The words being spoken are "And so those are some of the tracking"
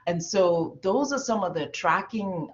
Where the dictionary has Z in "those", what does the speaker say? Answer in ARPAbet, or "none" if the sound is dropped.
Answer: Z